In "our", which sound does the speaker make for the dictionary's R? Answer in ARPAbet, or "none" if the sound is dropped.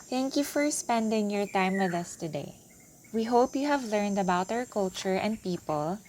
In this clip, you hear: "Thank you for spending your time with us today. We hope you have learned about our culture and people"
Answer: R